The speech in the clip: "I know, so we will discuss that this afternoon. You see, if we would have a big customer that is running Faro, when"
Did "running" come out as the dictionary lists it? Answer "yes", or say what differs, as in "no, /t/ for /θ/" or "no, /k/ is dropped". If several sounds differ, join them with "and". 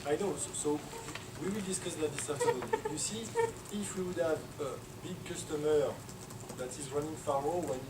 yes